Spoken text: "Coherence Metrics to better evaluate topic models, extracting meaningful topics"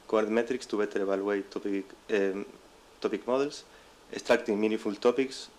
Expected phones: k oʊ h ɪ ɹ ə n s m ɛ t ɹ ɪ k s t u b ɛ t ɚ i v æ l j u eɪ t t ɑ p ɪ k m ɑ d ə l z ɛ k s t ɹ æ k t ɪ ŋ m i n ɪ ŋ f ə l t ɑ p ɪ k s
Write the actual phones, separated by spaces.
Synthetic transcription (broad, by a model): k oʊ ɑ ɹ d m ɛ t ɹ ɪ k s t u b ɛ t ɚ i b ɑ l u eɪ t t ɑ p ɪ k m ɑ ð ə l s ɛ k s t ɹ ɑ k t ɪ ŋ m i n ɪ f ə l t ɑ p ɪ k s